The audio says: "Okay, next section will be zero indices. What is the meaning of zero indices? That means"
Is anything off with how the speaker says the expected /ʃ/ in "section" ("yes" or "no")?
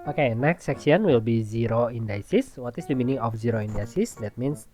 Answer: yes